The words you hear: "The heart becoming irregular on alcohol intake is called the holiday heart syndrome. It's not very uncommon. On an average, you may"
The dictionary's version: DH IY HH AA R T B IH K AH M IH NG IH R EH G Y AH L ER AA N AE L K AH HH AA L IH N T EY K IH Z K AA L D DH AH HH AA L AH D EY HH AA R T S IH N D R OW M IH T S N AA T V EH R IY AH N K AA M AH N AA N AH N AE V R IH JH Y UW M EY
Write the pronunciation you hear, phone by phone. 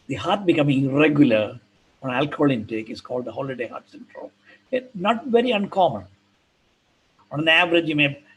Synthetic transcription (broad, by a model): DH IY HH AA R T B IH K AH M IH NG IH R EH G Y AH L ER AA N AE L K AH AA L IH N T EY K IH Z K AA L D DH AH HH AA L AH D EY HH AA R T S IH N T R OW IH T N AA T V EH R IY AH N K AA M AH N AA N AH N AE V R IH JH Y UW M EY